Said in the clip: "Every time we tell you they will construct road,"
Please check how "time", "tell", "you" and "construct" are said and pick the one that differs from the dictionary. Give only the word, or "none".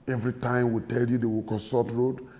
construct